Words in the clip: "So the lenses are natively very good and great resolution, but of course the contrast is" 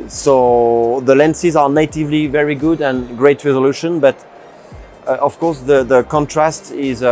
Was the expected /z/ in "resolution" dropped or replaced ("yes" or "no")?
no